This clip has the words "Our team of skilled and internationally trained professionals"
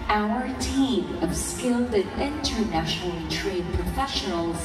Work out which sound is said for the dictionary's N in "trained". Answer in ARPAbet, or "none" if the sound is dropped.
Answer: none